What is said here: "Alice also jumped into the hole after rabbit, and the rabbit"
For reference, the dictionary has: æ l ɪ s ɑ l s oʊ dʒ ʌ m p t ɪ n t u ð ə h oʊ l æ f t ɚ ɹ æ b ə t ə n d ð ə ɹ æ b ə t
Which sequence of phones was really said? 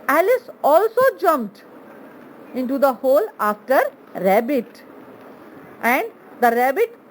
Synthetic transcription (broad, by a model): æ l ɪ s ɑ l s oʊ dʒ ʌ m p t ɪ n t u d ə h oʊ l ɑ f t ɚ ɹ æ b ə t ə n d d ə ɹ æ b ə t